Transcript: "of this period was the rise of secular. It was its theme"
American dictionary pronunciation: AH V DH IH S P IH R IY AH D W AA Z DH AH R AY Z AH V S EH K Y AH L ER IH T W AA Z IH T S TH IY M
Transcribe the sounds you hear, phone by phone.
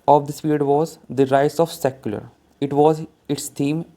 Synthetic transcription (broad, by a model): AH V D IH S F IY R D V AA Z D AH R AY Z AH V S EH K Y AH L ER IH T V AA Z IH T S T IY M